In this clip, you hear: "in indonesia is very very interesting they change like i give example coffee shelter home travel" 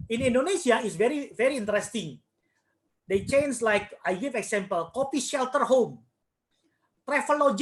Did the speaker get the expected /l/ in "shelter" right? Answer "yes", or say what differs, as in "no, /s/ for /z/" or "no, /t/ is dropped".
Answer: yes